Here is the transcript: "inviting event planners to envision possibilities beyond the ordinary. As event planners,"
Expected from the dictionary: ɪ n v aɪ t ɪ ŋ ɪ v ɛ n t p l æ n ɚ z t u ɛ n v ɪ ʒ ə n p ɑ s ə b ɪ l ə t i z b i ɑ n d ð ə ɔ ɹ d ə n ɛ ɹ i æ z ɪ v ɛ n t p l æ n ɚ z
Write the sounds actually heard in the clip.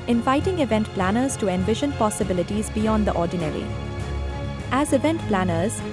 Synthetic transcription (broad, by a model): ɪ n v aɪ t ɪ ŋ ɪ v ɛ n t p l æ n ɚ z t u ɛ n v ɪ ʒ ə n p ɑ s ə b ɪ l ə t i z b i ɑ n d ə ɔ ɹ d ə n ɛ ɹ i æ z ɪ v ɛ n t p l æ n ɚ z